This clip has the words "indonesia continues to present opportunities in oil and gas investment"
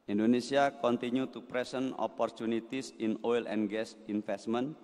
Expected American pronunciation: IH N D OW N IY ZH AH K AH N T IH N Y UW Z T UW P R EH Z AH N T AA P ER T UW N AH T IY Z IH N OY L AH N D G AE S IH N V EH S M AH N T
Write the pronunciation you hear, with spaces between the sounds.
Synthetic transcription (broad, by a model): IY N D OW N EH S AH K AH N T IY N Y UW T UW P R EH S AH N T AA P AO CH UW N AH T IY S IH N OY L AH N G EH S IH N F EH S M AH N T